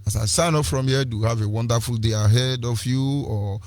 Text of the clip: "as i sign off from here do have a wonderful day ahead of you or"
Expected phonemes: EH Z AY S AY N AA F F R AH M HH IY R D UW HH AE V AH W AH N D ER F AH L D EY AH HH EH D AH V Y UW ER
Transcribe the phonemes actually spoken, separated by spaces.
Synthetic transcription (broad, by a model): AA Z AY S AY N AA P F R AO M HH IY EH D UW HH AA V AH W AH N D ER F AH L D EY AH HH EH D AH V Y UW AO